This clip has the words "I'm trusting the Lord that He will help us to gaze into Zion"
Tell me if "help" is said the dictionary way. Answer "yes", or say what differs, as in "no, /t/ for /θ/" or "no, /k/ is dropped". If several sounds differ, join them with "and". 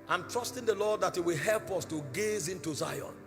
yes